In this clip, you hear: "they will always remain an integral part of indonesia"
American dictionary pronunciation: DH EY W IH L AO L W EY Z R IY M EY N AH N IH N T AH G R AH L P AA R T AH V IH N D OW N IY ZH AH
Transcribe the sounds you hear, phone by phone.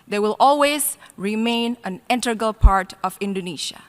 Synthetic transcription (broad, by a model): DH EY W IH L AO L W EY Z R IY M EY N AH N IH N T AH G AH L P AA R T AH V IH N D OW N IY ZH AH